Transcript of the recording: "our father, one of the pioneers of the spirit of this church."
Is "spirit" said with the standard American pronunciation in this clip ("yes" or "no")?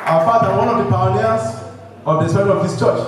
no